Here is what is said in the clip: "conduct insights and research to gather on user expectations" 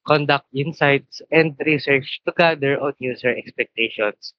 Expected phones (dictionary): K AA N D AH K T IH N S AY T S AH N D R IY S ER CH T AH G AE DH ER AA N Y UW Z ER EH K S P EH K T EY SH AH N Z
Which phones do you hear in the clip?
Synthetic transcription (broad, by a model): K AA N D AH K T IH N S AY T S AH N D R IY S ER CH T AH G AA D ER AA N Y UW S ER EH K S P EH K T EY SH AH N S